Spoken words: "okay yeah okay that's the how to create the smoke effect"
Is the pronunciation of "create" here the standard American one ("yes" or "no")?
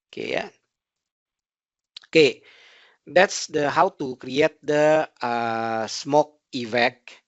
yes